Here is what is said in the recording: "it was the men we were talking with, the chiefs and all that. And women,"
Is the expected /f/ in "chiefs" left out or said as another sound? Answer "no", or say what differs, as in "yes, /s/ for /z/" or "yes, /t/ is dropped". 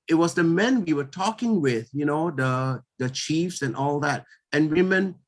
no